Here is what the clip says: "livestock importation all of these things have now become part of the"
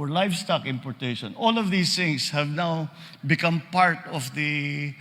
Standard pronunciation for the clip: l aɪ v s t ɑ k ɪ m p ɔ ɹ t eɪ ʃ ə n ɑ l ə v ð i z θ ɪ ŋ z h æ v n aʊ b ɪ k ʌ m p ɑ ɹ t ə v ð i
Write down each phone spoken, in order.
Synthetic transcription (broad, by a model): l aɪ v s t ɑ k ɪ m p ɔ ɹ t eɪ ʃ ə n ɑ l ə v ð i s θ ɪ ŋ s h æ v n aʊ b ɪ k ʌ m p ɑ ɹ t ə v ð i